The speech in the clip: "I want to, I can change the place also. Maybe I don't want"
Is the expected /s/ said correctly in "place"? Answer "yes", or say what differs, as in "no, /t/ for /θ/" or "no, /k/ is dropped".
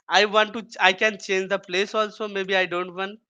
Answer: yes